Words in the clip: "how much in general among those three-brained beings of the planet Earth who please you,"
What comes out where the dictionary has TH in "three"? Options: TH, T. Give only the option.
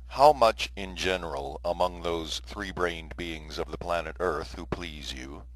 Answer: TH